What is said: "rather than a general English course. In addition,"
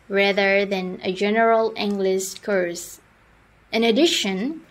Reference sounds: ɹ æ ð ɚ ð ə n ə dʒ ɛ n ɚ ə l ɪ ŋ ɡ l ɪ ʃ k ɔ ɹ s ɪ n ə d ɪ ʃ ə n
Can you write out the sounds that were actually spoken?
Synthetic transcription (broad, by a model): ɹ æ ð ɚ ð ə n ə dʒ ɛ n ɚ ə l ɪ ŋ ɡ l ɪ s k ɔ ɹ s ɪ n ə d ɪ ʃ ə n